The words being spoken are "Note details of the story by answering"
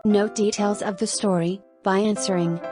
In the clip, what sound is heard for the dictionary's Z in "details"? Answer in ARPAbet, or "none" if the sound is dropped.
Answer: Z